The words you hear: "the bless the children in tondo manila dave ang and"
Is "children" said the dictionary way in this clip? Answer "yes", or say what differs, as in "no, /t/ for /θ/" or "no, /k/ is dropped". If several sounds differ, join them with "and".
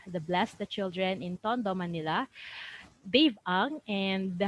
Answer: yes